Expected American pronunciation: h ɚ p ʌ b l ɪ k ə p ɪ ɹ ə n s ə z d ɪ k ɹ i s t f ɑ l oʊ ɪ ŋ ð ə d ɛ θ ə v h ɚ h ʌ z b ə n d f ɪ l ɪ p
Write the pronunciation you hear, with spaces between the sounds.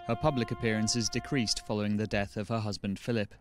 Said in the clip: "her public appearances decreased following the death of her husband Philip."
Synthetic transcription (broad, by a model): h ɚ p ʌ b l ɪ k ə p ɪ ɹ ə n s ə z d ɪ k ɹ i s t f ɑ l oʊ ɪ ŋ ð ə d ɛ θ ə v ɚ h ʌ z b ə n d f ɪ l ɪ p